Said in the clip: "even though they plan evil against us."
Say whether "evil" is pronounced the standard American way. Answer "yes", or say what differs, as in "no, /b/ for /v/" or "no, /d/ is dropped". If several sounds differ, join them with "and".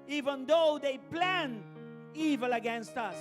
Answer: yes